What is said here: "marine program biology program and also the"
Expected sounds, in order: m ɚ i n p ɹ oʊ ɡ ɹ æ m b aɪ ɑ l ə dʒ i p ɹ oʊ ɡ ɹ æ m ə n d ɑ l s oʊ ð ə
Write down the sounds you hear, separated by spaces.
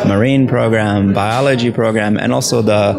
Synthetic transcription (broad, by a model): m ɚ i n p ɹ oʊ ɡ ɹ æ m b aɪ ɑ l ə dʒ i p ɹ oʊ ɡ ɹ æ m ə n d ɑ l s oʊ ð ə